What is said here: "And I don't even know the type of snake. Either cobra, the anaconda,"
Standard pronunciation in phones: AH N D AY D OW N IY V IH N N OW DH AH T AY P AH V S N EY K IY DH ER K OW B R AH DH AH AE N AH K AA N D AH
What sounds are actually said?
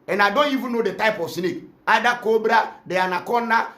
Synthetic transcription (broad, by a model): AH N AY D OW N IY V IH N N OW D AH T AY P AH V S N EY K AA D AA K OW B R AH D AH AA N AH K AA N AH